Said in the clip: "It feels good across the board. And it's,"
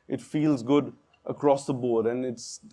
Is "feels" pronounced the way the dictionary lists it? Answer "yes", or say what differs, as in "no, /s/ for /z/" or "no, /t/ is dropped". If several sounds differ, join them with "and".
yes